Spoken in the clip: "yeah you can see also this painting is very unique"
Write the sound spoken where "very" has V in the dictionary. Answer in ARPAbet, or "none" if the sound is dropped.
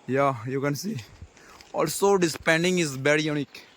B